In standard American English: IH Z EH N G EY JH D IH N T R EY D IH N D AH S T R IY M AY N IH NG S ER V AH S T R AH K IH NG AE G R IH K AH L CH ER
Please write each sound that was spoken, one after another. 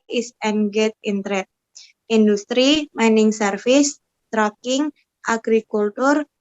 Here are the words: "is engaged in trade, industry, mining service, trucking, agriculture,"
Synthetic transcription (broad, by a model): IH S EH N G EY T IH N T R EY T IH N D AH S T R IY M AY N IH NG S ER F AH S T R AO K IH NG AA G R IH K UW L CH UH